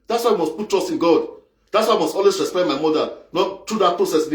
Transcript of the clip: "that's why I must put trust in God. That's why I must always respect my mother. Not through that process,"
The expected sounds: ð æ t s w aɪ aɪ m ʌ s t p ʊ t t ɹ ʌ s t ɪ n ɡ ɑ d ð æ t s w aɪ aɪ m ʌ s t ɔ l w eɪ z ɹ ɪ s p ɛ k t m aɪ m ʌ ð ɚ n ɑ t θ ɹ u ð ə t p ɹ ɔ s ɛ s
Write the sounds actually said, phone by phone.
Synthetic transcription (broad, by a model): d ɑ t s w aɪ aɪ m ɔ s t p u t t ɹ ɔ s t ɪ n ɡ ɑ d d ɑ t s w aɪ aɪ m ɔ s t ɔ l w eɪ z ɹ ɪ s p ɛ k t m aɪ m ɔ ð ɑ n ɑ t t ɹ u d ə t p ɹ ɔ s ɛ s